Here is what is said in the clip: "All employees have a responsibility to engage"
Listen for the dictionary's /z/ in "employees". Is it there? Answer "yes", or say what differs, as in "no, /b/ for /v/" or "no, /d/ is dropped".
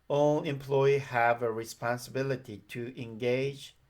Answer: no, /z/ is dropped